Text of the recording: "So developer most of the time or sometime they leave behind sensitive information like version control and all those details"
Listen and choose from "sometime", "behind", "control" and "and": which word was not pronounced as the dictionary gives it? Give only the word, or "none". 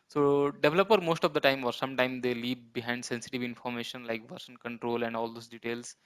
none